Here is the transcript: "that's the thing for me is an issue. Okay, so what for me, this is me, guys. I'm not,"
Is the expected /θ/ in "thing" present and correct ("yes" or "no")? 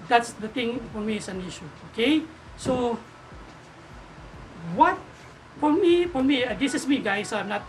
no